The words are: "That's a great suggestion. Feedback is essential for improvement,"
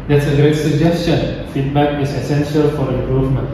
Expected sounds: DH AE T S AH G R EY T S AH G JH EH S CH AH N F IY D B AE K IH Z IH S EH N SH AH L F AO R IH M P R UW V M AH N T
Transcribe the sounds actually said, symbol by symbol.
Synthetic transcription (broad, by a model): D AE T S AH G R EY T S AH G JH EH S CH AH N F IY D B AE K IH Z IH S EH N SH AH L F AO R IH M P R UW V M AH N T